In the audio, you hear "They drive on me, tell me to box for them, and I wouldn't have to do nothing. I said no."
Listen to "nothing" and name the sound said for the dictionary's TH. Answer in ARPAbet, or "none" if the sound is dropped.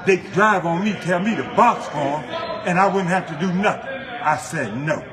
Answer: TH